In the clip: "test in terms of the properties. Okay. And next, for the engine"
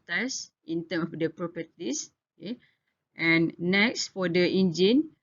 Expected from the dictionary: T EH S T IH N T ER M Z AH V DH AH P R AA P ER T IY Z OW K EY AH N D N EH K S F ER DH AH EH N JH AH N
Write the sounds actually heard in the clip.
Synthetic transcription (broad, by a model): T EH S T IH N T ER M AH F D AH P R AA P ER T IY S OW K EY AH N N EH K S F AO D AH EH N JH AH N